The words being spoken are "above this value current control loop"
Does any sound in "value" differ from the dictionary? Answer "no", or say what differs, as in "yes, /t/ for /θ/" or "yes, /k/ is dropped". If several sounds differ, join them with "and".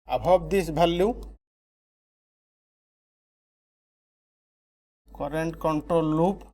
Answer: yes, /b/ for /v/